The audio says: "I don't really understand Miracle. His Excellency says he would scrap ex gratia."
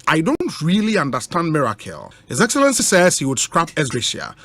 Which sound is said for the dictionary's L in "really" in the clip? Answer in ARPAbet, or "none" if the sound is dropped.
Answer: L